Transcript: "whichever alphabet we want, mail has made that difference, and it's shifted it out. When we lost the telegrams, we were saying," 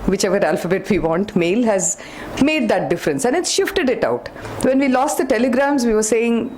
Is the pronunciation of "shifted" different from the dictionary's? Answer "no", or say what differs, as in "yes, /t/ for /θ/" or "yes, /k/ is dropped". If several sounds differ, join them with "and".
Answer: no